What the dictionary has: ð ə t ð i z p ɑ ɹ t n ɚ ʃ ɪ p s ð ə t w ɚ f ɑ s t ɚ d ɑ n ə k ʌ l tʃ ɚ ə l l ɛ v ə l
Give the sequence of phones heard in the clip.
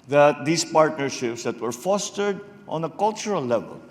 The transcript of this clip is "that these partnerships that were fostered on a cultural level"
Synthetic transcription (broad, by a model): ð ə t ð i s p ɑ ɹ t n ɚ ʃ ɪ p s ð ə t w ɚ f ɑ s t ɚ d ɑ n ə k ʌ l tʃ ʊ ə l l ɛ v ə l